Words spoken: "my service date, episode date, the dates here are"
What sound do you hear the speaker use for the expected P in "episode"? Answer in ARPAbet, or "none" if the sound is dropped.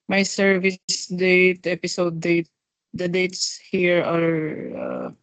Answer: P